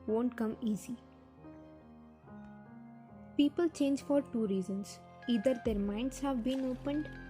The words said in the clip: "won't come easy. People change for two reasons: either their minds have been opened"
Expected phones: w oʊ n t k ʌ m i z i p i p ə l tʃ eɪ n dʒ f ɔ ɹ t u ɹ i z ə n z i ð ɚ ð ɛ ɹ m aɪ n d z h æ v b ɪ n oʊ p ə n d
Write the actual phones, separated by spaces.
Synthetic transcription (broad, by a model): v oʊ n t k ʌ m i z i p i p ə l tʃ eɪ n dʒ f ɔ ɹ t u ɹ i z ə n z i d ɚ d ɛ ɹ m aɪ n d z h æ v b ɪ n oʊ p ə n d